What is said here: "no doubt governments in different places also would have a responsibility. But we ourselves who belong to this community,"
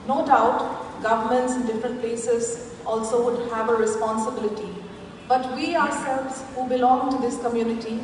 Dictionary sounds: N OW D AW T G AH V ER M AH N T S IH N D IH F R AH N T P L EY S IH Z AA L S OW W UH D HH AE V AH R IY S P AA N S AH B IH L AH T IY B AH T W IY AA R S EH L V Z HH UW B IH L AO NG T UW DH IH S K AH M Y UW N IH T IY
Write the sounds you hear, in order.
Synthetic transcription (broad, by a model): N OW D AW T G AH V ER M AH N T S IH N D IH F R AH N T P L EY S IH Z AA L S OW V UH D HH AE V AH R IY S P AA N S AH B IH L AH T IY B AH T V IY AA R S EH L V Z HH UW B IH L AO NG T UW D IH S K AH M Y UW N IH T IY